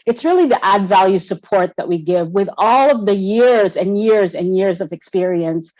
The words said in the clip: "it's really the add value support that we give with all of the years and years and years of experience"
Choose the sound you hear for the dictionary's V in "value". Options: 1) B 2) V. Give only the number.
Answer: 2